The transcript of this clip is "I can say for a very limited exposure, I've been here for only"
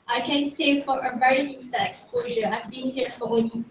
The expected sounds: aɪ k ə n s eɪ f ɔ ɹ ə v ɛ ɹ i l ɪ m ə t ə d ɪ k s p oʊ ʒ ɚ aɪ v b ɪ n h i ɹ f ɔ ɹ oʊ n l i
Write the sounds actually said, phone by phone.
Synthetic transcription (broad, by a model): aɪ k ə n s eɪ f ɔ ɹ ə v ɛ ɹ i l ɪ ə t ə ɪ k s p oʊ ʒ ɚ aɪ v b ɪ n h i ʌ f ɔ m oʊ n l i